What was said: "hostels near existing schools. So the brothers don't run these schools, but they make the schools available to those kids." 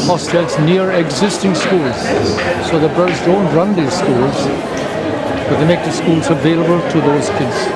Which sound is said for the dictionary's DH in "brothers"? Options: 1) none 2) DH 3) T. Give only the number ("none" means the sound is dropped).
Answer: 1